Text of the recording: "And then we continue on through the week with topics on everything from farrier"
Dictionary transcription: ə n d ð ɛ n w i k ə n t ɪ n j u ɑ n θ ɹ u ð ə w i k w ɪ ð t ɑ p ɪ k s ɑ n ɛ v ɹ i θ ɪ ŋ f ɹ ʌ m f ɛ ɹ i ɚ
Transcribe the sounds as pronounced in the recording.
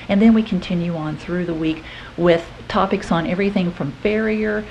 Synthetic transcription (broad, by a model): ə n ð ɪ n w i k n t ɪ n j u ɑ n θ ɹ u ð ə w i k w ɪ ð t ɑ p ɪ k s n ɛ v ɹ i θ ɪ ŋ f ɹ ʌ m f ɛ ɹ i ɚ